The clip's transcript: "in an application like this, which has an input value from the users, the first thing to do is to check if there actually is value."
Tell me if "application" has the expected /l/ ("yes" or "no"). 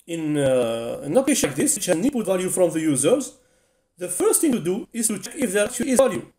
no